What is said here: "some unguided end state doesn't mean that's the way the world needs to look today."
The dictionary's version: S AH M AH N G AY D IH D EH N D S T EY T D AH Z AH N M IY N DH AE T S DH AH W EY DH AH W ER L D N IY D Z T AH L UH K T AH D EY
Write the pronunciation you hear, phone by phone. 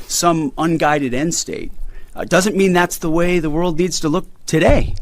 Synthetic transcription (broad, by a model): S AH M AH N G AY D IH D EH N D S T EY T D AH Z AH N M IY N DH AE T S DH AH W EY DH AH W ER L D N IY D Z T AH L UH K T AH D EY